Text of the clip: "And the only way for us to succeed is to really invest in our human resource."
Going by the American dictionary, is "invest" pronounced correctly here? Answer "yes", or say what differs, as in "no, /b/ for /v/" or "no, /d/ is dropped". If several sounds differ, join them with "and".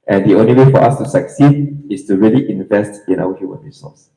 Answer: yes